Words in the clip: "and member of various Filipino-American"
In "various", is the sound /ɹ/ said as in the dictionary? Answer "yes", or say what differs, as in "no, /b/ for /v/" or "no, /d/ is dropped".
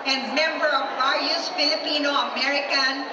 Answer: no, /ɹ/ is dropped